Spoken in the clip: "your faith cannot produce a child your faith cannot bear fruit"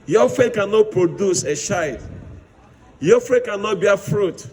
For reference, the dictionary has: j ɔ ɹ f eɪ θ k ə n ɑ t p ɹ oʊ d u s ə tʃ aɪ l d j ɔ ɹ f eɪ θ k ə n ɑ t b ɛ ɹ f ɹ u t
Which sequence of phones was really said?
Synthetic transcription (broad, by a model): j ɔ f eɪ t k ə n ɑ t p ɹ oʊ d u s ə ʃ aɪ d j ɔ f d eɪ k ə n ɑ t b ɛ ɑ f ɹ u t